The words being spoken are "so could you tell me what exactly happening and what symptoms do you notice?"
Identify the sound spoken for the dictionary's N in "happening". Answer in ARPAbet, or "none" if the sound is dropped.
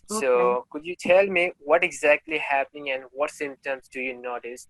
N